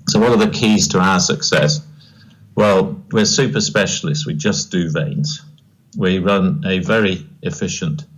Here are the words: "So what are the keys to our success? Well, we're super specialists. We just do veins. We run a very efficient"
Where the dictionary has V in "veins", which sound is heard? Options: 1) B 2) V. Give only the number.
2